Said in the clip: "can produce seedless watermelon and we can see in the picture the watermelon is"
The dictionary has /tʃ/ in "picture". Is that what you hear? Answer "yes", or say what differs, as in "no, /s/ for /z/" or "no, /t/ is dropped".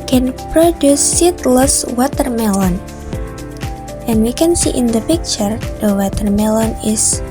yes